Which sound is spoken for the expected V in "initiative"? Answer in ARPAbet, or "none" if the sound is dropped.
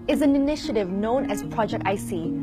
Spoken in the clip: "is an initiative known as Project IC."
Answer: V